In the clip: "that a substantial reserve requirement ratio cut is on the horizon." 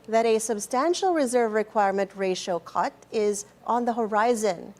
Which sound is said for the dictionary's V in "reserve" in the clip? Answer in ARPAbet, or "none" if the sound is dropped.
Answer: V